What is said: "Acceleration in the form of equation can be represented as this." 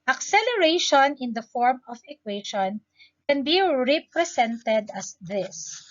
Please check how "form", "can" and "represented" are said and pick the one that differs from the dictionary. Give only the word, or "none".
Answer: represented